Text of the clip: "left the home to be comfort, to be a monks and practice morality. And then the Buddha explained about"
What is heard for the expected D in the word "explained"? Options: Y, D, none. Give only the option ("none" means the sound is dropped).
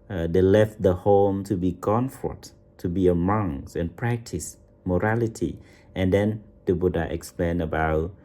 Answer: none